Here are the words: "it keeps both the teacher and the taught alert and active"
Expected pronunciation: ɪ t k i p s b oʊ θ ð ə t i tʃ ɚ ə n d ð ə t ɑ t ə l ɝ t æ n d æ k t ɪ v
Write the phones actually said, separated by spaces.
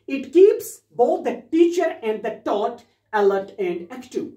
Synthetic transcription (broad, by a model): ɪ t k i p s b oʊ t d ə t i tʃ ɚ ə n d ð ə t ɑ t ə l ɝ t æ n d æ k t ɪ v